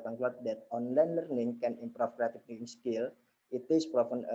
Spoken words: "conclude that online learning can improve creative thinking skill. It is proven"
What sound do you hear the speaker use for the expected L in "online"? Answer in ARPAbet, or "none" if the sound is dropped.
L